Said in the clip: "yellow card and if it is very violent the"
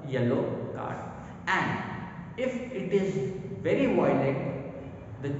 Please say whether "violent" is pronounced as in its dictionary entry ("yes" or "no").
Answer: no